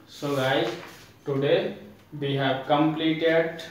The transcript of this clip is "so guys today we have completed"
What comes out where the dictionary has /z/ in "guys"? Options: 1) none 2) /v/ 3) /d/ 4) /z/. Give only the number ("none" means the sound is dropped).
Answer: 1